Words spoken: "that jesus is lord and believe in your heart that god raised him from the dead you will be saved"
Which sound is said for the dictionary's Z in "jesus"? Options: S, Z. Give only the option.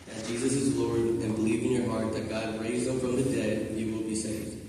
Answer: Z